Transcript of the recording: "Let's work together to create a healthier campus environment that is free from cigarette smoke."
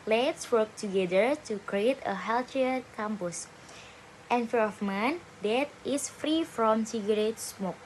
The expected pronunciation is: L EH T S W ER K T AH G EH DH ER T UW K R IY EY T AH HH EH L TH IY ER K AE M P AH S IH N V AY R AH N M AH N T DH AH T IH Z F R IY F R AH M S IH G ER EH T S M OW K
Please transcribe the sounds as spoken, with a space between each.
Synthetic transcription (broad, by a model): L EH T S W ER K T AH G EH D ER T UW K R IY EY T AH HH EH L T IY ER K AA M P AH S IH N F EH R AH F M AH N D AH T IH S F R IY F R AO M S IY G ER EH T S M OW K